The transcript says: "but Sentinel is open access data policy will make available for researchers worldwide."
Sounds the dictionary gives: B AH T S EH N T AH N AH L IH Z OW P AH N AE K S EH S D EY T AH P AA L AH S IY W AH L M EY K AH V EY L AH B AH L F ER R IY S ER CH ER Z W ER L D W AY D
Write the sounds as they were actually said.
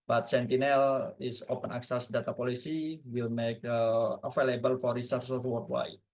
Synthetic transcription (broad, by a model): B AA T S EH N T AH N AH L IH S OW P AH N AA K S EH S D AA T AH P AA L AH S IY W AH L M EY K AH F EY L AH B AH L F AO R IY S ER S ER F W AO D W AY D